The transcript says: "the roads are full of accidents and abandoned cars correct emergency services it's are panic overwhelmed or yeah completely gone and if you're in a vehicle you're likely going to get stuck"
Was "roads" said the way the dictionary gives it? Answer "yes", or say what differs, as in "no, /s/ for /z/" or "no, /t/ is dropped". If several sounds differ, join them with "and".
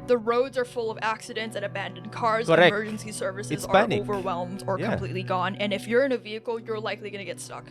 yes